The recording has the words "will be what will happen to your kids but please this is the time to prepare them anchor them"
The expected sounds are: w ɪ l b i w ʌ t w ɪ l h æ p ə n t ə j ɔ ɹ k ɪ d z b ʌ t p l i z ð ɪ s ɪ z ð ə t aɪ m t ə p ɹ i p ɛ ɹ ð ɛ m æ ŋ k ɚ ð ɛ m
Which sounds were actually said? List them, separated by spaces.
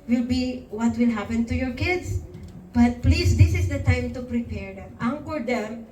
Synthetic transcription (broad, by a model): w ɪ l b i w ʌ t w ɪ l h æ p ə n t ə j ɔ ɹ k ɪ d s b ʌ t p l i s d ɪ s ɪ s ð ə t aɪ m t ə p ɹ i p ɛ ɹ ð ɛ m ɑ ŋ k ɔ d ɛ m